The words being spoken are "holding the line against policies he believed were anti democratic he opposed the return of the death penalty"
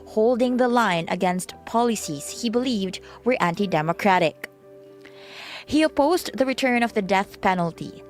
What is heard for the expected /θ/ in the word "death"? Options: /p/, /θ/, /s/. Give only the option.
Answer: /θ/